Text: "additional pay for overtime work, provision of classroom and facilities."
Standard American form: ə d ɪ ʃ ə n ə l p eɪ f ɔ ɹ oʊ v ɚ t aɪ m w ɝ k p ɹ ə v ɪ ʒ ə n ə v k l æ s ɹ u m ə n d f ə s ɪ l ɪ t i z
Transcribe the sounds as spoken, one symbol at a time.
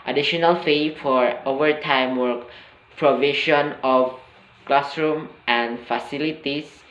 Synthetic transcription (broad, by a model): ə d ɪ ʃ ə n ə l f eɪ f ɔ ɹ oʊ v ɚ t aɪ m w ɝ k p ɹ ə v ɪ ʃ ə n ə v k l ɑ s ɹ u m ə n d f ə s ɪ l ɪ t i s